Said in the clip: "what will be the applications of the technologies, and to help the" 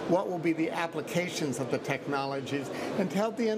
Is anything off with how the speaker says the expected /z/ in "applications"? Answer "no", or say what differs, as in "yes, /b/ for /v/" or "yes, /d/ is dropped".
no